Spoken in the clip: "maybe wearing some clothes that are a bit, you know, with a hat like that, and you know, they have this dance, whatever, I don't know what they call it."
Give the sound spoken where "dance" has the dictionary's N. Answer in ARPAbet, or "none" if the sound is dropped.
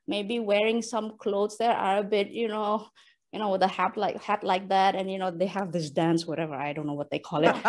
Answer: N